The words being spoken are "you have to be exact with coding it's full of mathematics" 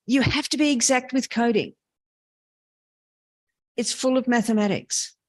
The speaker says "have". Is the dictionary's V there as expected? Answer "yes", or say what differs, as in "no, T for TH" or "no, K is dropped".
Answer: no, F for V